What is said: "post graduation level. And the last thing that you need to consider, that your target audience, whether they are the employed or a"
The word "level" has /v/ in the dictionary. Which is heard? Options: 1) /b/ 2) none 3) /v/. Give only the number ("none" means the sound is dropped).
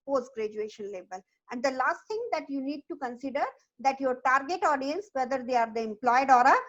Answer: 1